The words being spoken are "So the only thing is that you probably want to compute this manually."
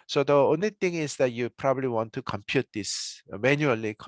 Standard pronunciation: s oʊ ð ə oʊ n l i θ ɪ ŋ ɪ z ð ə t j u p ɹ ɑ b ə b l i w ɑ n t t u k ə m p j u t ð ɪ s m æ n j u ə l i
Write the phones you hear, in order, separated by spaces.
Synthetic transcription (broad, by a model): s oʊ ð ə oʊ n l i t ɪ ŋ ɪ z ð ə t j u p ɹ ɑ b ə b l i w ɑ n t t u k ə m p j u t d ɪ s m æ n j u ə l i